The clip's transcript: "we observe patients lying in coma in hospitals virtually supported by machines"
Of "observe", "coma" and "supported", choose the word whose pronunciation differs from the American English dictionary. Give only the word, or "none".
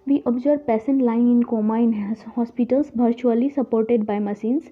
observe